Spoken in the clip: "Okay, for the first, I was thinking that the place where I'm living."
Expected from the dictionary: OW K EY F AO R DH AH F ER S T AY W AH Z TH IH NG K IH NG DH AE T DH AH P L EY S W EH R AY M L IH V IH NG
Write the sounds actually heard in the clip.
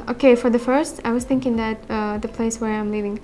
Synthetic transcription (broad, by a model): OW K EY F AO R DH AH F ER S T AY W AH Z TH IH NG K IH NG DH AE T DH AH P L EY S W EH R AY M L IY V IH NG